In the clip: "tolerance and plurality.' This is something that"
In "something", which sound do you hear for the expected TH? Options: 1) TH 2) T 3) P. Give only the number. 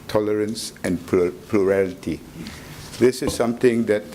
2